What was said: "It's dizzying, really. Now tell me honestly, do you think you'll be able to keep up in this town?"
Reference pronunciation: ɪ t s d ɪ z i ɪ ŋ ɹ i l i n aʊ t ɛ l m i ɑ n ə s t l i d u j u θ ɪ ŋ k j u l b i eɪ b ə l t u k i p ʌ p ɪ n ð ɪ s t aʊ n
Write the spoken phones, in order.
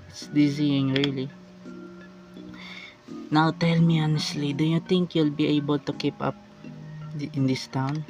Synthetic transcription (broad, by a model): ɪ t s d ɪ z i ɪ ŋ ɹ i l i n aʊ t ɛ l m i ɑ n ə s t l i d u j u t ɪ ŋ k j u l b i eɪ b ə l t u k i p ʌ p ɪ n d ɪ s t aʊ n